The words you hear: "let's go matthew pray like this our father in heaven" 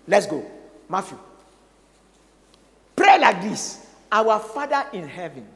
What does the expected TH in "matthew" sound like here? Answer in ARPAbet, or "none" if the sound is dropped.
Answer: F